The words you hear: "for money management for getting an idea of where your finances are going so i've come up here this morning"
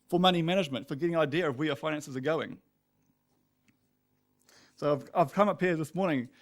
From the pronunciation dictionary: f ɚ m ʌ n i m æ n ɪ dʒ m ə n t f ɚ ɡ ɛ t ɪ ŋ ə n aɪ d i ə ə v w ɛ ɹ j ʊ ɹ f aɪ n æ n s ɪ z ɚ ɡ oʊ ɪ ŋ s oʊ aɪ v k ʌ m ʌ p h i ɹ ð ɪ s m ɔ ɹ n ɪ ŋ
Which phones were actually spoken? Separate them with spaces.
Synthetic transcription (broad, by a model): f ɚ m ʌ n i m æ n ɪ dʒ m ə n t f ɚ ɡ ɛ t ɪ ŋ ə n aɪ d i ə ə v w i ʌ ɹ f aɪ n æ n s ɪ z ɚ ɡ oʊ ɪ ŋ s oʊ aɪ v k ʌ m ʌ p h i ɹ ð ɪ s m ɔ ɹ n ɪ ŋ